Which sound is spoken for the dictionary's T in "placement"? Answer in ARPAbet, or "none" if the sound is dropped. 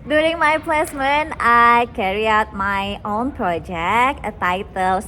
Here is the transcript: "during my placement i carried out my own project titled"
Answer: none